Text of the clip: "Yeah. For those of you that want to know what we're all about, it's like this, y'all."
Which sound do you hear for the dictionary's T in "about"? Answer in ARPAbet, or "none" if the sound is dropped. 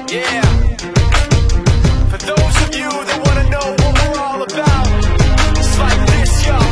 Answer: none